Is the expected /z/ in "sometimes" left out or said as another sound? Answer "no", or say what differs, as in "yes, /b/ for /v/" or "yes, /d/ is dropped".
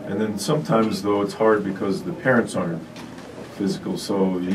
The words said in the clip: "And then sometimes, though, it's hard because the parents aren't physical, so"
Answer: no